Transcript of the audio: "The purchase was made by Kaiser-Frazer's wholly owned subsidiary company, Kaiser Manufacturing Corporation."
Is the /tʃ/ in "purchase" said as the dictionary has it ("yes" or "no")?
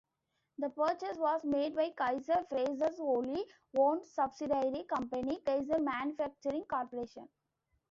yes